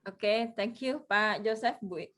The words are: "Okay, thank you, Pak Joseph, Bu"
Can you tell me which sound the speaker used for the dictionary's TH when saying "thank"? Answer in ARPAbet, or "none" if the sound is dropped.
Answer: T